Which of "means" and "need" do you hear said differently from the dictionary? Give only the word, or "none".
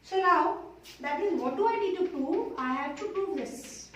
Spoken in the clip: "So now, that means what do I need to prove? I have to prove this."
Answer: means